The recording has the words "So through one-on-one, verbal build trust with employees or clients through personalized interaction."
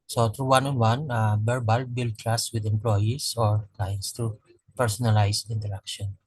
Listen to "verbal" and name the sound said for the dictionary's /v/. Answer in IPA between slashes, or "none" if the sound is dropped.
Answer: /b/